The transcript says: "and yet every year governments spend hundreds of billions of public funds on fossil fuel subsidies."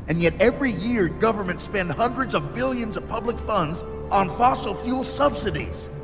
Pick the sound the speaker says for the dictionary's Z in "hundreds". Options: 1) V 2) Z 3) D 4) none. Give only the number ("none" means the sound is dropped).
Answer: 2